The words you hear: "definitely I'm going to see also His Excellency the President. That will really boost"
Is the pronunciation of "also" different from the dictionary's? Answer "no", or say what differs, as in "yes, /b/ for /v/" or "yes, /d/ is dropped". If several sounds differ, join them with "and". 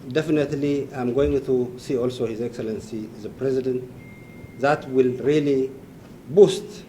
no